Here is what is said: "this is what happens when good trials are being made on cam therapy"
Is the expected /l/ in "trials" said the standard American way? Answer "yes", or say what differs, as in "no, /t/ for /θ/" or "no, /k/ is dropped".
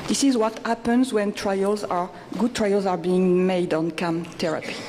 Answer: yes